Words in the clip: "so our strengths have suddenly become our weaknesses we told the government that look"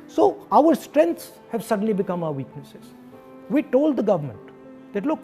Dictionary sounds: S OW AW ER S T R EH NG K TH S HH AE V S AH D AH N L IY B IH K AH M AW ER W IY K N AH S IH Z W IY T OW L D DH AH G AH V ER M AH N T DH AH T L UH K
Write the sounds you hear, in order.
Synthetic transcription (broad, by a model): S OW AW ER S T R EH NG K T S HH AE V S AH D AH N L IY B IH K AH M AW ER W IY K N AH S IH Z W IY T OW L D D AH G AH V ER M AH N T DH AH T L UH K